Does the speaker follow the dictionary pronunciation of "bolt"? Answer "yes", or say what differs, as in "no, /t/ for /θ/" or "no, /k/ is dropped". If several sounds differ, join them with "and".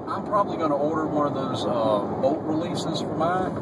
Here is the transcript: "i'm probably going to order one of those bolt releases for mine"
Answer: no, /l/ is dropped